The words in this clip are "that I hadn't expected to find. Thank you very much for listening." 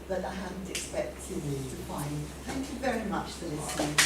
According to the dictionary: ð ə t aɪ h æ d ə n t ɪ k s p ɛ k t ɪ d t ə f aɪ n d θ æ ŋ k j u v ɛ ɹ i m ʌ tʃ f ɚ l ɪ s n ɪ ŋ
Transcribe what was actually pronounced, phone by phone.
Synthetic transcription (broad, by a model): ð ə t aɪ h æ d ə n t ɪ k s p ɛ k t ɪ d t ə f aɪ n d θ æ ŋ k j u v ɛ ɹ i m ʌ tʃ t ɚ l ɪ s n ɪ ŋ